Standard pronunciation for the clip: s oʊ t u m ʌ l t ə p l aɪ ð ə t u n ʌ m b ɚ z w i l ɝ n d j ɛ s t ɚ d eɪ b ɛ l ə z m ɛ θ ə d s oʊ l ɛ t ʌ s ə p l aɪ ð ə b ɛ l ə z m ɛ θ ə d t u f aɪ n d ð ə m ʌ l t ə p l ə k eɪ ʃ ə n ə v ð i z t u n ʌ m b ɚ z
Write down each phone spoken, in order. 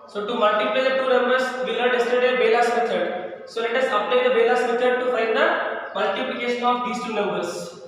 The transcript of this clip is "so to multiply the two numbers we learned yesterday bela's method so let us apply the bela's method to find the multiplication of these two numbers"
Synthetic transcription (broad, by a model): s oʊ t u m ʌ l t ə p l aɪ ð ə t u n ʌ m b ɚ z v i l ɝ d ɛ s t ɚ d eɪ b ɛ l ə s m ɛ t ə d s oʊ l ɛ t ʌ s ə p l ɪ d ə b ɛ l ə s m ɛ t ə d t u f aɪ n d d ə m ʌ l t ə p l ə k eɪ ʃ ə n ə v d i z t u n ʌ m b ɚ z